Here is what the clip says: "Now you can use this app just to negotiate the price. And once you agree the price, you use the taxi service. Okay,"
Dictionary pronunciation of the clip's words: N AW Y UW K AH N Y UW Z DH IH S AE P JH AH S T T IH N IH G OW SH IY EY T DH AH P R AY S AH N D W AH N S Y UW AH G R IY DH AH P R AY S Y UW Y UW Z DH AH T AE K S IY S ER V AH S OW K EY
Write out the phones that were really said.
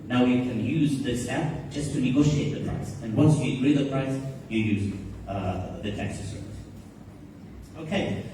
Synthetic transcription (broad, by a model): N AW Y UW K AH N Y UW Z DH IH S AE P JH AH S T T IH N IH G OW SH IY EY T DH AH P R AY S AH N W AH N S Y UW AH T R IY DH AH P R AY S Y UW Y UW Z DH AH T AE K S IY S ER V AH S OW K EY